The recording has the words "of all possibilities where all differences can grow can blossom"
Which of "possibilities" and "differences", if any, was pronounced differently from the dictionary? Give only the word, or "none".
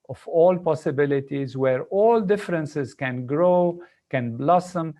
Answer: none